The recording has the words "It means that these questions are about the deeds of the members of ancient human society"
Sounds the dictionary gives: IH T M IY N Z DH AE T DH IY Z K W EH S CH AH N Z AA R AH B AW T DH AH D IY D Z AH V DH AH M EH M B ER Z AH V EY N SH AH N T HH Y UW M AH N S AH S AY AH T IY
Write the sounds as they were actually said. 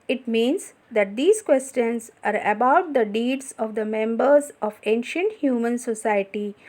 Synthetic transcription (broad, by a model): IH T M IY N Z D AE T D IY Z K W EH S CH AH N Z AA R AH B AW T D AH D IY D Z AH V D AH M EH M B ER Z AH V EY N SH AH N T HH Y UW M AH N S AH S AY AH T IY